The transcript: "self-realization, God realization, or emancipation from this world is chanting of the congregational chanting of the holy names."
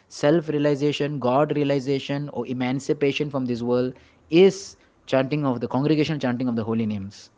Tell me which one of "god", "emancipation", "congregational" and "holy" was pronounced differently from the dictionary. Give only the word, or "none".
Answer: congregational